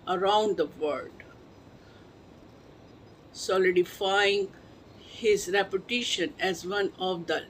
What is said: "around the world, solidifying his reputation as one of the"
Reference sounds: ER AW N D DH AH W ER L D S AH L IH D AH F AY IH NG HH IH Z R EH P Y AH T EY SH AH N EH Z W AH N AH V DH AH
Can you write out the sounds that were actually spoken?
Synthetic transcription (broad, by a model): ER AW N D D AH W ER D S AH L IH D AH F AY IH NG HH IH Z R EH P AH T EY SH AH N EH Z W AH N AH V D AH